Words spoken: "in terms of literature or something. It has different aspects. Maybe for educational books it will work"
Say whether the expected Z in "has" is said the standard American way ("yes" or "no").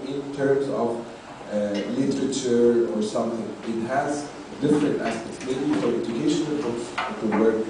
yes